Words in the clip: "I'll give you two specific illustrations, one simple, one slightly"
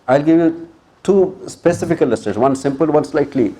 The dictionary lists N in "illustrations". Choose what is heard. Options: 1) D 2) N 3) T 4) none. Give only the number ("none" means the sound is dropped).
4